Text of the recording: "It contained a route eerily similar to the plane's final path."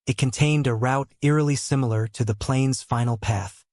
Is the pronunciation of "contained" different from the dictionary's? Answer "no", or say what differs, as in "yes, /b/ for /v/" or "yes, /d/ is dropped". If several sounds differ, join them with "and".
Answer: no